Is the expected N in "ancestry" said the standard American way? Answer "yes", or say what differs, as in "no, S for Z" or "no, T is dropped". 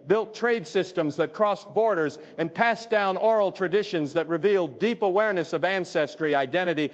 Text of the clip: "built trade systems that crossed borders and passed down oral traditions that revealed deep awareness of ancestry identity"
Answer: yes